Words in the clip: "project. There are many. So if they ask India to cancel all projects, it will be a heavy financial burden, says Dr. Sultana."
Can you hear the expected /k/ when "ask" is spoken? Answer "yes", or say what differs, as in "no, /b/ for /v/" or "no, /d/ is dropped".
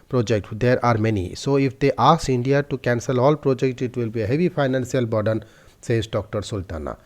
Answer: no, /k/ is dropped